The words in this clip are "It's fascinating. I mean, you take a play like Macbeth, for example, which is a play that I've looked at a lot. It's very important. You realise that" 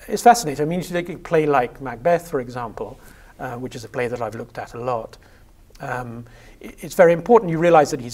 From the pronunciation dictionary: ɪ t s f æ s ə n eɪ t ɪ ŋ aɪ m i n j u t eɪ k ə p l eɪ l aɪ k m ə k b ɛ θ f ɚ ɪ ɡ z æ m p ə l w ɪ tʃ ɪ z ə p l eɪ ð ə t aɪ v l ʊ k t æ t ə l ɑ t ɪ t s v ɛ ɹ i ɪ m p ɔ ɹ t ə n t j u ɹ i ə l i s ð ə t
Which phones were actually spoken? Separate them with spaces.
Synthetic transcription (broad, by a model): ɪ t s f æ s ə n eɪ t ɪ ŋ aɪ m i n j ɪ t eɪ k ə p l eɪ l aɪ k m ə k b ɛ θ f ɚ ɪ ɡ z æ m p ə l w ɪ tʃ ɪ z ə p l eɪ ð ə t aɪ v l ʊ k t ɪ t ə l ɑ t ɪ t s v ɛ ɹ i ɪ m p ɔ ɹ t n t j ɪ ɹ i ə l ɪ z ð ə t